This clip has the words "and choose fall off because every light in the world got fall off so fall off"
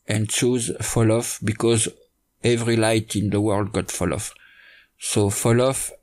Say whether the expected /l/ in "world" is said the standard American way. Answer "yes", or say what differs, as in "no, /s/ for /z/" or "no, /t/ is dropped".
yes